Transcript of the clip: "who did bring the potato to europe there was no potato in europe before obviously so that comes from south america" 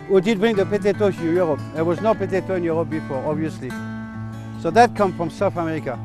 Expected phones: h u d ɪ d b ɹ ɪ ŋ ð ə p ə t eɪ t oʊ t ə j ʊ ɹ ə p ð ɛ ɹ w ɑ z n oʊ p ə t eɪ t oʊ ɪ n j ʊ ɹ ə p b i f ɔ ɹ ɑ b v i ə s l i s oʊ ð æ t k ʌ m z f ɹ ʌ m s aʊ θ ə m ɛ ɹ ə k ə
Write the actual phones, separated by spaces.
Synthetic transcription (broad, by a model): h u d ɪ d b ɹ ɪ ŋ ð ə p ə t eɪ t oʊ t j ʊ ɹ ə p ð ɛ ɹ w ɑ z n oʊ p ə t eɪ t oʊ ɪ n j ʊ ɹ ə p b i f ɔ ɹ ɑ b v i ə s l i s oʊ ð æ t k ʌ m f ɹ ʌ m s aʊ θ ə m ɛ ɹ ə k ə